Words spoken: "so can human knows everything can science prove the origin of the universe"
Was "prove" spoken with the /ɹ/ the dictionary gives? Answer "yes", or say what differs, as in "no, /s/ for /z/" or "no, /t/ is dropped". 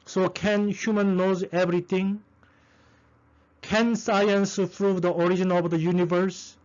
yes